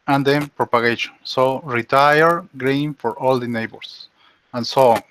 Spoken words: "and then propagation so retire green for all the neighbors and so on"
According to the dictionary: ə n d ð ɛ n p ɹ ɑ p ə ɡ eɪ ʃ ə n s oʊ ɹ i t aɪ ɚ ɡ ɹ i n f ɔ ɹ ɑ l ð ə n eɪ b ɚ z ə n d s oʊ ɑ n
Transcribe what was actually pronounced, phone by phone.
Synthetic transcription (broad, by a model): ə n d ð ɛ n p ɹ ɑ p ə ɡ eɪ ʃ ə n s oʊ ɹ i t aɪ ɚ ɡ ɹ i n f ɔ ɹ ɑ l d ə n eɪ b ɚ s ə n s oʊ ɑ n